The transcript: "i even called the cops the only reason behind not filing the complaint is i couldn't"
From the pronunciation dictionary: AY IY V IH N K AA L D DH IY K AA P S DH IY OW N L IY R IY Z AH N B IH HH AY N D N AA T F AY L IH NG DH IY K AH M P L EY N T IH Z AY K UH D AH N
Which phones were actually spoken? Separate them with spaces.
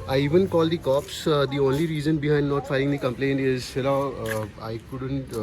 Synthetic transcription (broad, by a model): AY IY V IH N K AA L D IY K AA P S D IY OW N L IY R IY Z AH N B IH HH AY N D N AA T F AY IH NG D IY K AH M P L EY N T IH Z AY K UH D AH N